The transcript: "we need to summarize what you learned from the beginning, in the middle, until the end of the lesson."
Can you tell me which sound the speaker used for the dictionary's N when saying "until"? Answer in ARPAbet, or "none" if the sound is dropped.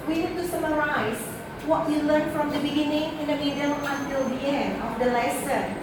N